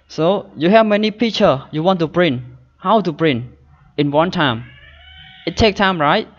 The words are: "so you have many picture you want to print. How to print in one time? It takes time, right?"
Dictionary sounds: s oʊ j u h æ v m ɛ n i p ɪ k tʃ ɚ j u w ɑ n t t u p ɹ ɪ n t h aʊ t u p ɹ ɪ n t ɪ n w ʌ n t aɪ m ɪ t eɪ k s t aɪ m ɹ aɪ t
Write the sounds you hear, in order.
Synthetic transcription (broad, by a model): s oʊ j u h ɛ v m ɛ n i p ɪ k tʃ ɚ j u w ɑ n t t u b ɹ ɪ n h aʊ t u b ɹ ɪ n ɪ n w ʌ n t aɪ m ɪ t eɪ k t aɪ m ɹ aɪ t